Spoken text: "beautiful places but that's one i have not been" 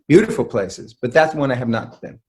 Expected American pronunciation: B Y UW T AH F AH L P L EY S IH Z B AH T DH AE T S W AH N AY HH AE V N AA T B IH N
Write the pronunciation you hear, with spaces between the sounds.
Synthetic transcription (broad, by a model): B Y UW T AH F L P L EY S IH Z B AH T DH AE T S W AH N AY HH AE V N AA T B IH N